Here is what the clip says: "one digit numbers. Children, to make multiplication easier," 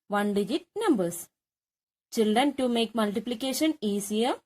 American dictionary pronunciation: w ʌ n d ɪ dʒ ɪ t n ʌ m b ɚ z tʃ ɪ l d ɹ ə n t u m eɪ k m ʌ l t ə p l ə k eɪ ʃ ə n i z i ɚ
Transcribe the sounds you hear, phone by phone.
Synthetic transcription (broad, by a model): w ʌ n d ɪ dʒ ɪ t n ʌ m b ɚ s tʃ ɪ l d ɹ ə n t u m eɪ k m ʌ l t ə p l ə k eɪ ʃ ə n i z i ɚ